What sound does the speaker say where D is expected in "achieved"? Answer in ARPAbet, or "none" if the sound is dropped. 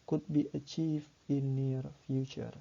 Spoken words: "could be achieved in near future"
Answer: none